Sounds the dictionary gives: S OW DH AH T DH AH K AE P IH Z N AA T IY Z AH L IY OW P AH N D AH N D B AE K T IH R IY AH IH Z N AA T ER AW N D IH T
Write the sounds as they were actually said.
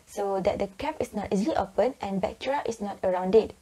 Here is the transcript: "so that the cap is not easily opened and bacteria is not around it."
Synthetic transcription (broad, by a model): S OW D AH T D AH K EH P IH S N AA T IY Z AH L IY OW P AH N AH N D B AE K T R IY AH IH S N AA T ER AW N D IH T